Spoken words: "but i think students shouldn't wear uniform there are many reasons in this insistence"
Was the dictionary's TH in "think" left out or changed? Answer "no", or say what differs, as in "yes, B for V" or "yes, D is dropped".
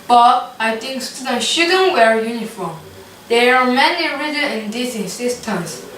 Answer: yes, T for TH